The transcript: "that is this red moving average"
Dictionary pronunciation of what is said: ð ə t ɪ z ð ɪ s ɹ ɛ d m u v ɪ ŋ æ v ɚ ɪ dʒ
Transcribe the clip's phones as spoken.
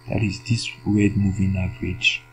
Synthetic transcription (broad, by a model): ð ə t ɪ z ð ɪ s w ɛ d m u v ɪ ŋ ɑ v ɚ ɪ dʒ